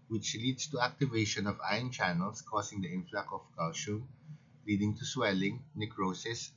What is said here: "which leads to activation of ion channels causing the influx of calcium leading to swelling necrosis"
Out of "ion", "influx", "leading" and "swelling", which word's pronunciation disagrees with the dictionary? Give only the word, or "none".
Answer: influx